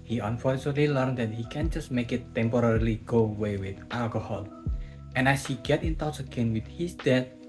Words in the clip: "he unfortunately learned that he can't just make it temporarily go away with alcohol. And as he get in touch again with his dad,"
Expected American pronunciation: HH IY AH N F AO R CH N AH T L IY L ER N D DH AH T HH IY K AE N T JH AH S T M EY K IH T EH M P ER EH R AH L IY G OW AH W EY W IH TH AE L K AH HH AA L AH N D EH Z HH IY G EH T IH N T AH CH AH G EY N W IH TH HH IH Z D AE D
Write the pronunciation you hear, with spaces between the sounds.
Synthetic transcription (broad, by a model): HH IY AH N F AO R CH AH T L IY L ER N D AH T HH IY K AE N JH AH S T M EY K IH T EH M P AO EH R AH L IY G OW W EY W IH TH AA L K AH HH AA L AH N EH S HH IY G EH T IH N T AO S AH G EY N W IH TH HH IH S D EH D